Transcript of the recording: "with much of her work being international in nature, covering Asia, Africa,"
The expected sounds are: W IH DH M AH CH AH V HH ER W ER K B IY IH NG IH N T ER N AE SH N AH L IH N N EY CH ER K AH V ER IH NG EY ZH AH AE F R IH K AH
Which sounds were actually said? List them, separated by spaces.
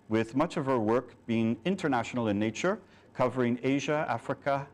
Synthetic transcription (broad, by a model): W IH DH M AH CH AH V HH ER W ER K B IY IH NG IH N T ER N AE SH N L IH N N EY CH ER K AH V ER IH NG EY ZH AH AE F R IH K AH